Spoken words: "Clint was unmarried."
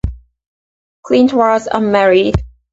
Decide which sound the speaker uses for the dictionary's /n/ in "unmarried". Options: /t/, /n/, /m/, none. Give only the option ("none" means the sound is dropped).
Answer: none